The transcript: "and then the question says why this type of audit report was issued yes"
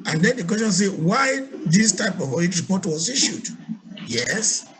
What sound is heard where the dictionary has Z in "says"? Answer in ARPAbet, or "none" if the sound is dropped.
none